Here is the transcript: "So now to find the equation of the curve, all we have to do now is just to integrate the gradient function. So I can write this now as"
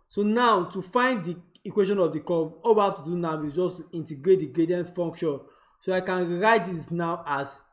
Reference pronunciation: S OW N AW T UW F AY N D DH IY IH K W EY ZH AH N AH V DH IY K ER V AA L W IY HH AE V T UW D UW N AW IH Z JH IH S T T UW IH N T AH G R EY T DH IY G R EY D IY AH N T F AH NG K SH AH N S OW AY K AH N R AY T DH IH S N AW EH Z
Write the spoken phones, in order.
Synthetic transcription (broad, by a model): S OW N AW T UW F AY N D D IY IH K W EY SH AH N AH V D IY K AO B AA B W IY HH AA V T UW D UW N AW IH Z JH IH S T T UW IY N T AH G R EY T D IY G R EY D IY AH N T F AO NG K SH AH N S OW AY K AH N R AY T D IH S N AW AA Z